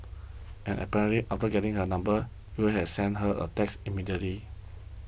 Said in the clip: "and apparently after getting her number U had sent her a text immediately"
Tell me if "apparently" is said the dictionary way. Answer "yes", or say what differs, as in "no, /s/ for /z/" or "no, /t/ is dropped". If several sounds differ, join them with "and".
no, /n/ is dropped and /l/ is dropped